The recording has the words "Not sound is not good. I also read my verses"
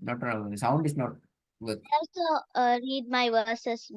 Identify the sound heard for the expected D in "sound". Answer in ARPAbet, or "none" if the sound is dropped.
D